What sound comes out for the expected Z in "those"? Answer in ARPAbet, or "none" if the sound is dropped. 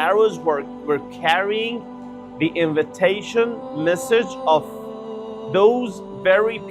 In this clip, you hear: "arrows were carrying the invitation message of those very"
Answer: Z